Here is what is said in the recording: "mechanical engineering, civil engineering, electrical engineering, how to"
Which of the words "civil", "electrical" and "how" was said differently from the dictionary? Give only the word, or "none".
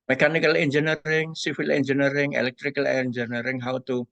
civil